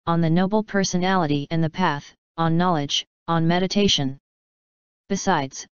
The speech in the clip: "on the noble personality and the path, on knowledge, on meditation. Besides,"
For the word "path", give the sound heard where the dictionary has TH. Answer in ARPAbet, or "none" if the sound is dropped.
TH